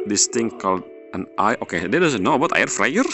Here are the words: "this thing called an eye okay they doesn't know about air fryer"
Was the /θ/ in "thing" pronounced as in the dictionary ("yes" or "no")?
no